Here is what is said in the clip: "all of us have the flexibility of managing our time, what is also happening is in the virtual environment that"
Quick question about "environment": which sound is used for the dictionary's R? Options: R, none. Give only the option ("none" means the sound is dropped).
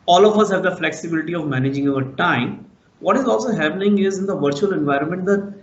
R